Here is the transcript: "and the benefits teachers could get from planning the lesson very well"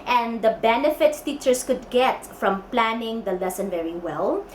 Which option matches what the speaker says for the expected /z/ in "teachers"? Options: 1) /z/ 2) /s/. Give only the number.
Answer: 2